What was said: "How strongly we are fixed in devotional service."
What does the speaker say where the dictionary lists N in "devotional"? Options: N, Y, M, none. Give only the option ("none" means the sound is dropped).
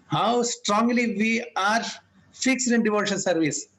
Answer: none